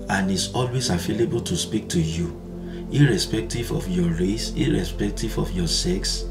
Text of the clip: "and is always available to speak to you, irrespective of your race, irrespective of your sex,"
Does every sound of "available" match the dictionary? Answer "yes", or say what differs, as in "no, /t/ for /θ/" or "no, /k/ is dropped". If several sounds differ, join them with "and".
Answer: no, /f/ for /v/